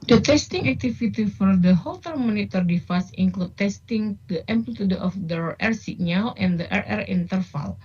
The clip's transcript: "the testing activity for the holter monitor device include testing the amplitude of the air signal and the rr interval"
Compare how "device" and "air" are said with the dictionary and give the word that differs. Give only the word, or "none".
device